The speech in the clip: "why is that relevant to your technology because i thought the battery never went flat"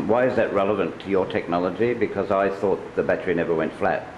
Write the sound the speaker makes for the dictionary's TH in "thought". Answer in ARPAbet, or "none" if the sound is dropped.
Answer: TH